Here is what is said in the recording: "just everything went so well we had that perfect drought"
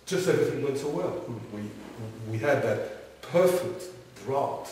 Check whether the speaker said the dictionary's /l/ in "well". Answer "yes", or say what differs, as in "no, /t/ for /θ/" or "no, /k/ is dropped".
no, /w/ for /l/